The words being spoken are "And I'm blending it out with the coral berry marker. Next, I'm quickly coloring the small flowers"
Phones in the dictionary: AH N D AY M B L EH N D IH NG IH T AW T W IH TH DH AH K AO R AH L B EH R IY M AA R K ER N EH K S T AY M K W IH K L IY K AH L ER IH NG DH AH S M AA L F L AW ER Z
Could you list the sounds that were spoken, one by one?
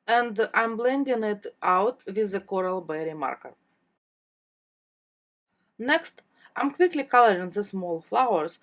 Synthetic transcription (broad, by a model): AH N D AY M B L EH N D IH NG IH T AW T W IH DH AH K AO R AH L B EH R IY M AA R K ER N EH K S T AY M K W IH K L IY K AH L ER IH NG DH AH S M AA L F L AW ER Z